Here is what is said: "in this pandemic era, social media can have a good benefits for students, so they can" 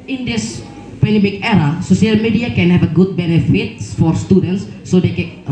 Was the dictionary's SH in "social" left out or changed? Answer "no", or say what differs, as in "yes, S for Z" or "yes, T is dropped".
yes, S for SH